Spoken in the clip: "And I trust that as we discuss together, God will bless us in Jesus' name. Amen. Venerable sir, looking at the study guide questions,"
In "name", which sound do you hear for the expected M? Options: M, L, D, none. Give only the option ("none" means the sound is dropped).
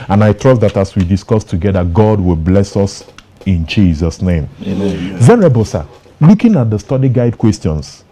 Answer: none